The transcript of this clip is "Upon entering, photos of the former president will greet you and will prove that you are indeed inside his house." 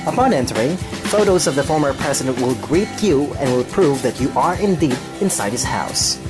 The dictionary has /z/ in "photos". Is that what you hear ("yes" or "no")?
yes